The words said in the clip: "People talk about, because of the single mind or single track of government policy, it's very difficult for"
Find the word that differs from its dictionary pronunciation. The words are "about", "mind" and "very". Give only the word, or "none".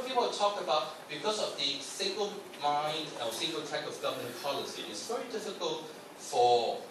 none